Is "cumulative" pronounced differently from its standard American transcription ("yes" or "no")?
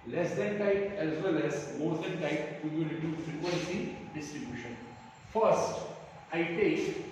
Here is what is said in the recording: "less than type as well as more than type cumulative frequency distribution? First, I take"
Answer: yes